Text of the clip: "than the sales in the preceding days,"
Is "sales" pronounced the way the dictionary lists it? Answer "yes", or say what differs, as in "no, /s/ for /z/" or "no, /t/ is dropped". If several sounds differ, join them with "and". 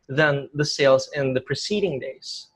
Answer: yes